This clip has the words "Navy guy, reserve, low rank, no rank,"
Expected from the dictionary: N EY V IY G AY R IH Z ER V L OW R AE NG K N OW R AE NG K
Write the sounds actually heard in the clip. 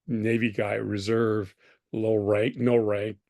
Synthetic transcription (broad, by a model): N EY V IY G AY R IH Z ER V L OW R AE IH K N OW R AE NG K